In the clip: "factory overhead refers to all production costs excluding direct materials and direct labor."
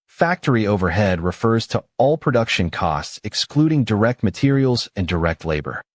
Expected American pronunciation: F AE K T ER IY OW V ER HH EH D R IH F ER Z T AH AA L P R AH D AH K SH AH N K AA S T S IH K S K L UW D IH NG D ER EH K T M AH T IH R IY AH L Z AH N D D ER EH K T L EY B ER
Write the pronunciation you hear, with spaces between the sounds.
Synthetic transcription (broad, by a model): F AE K T ER IY OW V ER HH EH D R IH F ER Z T AH AA L P R AH D AH K SH AH N K AA S T S IH K S K L UW D IH NG D ER EH K T M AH T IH R IY L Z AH N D D ER EH K T L EY B ER